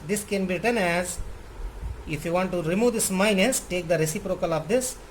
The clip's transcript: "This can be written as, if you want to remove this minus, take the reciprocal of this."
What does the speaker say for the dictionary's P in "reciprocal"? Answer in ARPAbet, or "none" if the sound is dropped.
P